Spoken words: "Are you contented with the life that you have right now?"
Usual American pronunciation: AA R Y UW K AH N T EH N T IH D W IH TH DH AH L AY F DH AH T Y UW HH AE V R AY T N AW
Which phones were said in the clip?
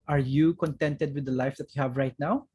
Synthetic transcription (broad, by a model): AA R Y UW K AH N T EH N T IH D W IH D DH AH L AY F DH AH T Y UW HH AE V R AY T N AW